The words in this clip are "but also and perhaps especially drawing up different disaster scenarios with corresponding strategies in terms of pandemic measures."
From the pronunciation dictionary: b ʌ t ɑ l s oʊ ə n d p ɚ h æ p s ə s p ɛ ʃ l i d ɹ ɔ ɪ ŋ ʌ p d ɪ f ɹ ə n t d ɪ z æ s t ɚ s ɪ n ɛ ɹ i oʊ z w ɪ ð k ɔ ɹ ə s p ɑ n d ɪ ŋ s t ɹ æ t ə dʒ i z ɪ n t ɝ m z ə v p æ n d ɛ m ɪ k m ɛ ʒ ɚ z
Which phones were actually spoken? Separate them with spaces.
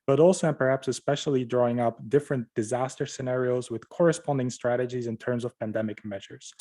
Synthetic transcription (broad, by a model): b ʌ t ɑ l s oʊ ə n p ɚ h æ p s ə s p ɛ ʃ l i d ɹ ɔ ɪ ŋ ʌ p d ɪ f ɹ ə n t d ɪ z æ s t ɚ s ɪ n ɛ ɹ i oʊ z w ɪ ð k ɔ ɹ ə s p ɑ n d ɪ ŋ s t ɹ æ t ə dʒ i z ɪ n t ɝ m z ə v p æ n d ɛ m ɪ k m ɛ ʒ ɚ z